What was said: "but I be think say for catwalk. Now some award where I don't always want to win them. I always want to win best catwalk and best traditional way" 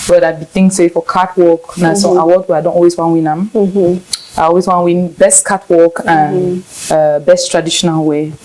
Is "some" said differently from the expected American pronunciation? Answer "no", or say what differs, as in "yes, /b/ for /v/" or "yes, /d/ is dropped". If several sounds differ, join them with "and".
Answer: yes, /m/ is dropped